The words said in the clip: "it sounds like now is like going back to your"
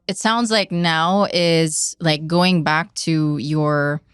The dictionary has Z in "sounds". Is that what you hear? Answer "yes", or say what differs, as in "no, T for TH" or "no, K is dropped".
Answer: yes